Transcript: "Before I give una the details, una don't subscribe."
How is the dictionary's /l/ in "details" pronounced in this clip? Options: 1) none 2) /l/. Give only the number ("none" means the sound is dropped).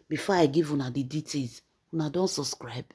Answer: 1